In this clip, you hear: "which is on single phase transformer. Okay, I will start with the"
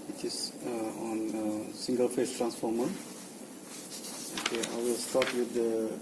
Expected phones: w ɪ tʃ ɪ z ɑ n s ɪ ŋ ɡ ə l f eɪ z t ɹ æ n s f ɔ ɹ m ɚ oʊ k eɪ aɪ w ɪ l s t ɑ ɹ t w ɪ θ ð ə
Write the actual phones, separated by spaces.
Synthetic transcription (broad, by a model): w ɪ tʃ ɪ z ɑ n s ɪ ŋ ɡ ə l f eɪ s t ɹ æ n s f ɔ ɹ m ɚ oʊ k eɪ aɪ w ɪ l s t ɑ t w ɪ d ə